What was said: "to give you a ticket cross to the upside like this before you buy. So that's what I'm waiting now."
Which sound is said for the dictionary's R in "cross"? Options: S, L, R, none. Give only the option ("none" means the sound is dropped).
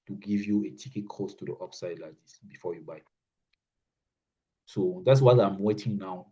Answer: none